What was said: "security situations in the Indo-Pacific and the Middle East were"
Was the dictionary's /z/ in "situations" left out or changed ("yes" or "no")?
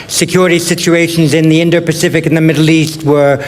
no